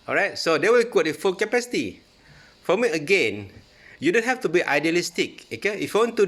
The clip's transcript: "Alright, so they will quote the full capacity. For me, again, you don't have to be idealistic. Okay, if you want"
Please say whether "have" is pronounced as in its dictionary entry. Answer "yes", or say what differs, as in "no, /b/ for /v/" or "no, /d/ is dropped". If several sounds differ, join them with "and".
no, /f/ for /v/